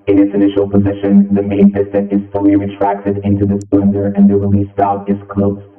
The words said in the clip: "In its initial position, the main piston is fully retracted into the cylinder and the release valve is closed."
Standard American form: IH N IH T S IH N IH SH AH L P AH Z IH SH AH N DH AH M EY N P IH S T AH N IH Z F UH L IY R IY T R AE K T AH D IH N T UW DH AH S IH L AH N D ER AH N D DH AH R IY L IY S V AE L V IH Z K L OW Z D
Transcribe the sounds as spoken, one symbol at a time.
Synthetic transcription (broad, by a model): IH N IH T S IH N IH SH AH L P AH Z IH SH AH N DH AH M EY N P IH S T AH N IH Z F UH L IY R IY T R AE K T AH D IH N T UW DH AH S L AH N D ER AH N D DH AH R IY L IY S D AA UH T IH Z K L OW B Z